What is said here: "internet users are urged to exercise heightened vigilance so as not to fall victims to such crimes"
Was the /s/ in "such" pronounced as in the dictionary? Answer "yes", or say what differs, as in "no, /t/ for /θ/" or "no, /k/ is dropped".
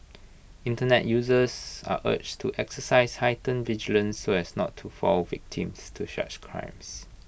no, /ʃ/ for /s/